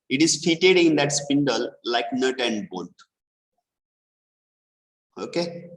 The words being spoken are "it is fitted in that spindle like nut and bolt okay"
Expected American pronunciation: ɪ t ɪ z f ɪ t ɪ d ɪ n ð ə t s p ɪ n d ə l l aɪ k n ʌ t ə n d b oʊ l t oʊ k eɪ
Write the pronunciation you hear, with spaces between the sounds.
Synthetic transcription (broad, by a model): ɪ t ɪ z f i t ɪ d ɪ n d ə t s p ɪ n d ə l l aɪ k n ʌ t ə n d b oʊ n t oʊ k eɪ